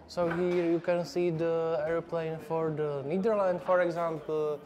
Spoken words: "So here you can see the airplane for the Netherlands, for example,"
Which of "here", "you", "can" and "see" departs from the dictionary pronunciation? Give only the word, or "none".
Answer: none